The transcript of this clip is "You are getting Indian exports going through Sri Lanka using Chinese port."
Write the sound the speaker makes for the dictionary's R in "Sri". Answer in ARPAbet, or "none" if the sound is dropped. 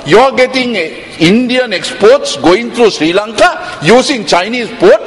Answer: R